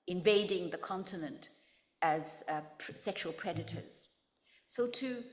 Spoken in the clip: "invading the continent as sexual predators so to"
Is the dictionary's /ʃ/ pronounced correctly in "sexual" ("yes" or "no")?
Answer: yes